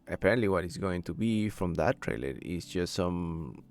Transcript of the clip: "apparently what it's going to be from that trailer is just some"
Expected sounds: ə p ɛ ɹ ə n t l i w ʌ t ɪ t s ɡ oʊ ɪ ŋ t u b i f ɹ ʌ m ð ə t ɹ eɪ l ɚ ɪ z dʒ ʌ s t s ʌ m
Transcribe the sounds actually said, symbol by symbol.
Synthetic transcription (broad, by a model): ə p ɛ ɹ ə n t l i w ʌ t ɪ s ɡ oʊ ɪ ŋ t u b i f ɹ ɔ m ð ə t ɹ eɪ l ɚ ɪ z dʒ ʌ s t s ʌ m